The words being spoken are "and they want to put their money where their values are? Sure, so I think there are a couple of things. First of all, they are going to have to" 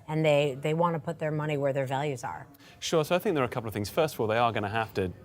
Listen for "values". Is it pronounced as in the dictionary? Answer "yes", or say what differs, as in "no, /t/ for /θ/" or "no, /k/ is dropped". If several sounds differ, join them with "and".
yes